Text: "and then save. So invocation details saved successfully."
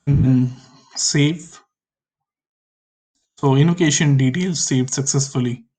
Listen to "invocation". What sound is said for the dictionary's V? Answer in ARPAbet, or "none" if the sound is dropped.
none